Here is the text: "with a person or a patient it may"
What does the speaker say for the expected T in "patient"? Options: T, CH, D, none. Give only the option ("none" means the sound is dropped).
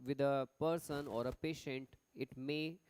T